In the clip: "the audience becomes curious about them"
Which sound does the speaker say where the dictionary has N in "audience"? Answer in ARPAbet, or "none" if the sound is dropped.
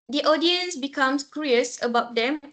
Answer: N